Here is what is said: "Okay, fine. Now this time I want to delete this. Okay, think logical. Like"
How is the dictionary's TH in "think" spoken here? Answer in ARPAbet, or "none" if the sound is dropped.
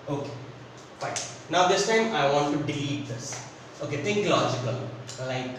T